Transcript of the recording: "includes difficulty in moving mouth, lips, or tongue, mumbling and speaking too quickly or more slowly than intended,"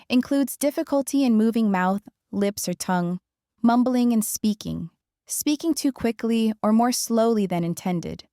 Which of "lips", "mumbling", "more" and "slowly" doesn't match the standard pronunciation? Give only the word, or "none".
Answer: none